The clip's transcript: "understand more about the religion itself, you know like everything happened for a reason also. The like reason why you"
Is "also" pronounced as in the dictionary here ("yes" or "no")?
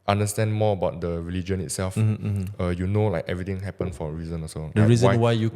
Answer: no